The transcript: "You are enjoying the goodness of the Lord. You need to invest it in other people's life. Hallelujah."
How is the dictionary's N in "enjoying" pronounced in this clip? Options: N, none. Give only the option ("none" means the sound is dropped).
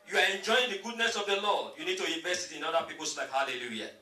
N